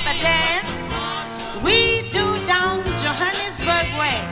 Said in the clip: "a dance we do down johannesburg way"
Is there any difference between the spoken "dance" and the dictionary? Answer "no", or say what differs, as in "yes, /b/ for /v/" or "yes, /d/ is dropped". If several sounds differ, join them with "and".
yes, /n/ is dropped